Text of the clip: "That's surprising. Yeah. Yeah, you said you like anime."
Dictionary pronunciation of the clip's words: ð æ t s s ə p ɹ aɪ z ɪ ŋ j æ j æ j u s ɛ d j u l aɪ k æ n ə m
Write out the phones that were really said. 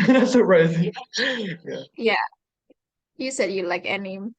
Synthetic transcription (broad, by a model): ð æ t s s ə ɹ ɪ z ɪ j æ j æ j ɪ s ɛ d j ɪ l aɪ k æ n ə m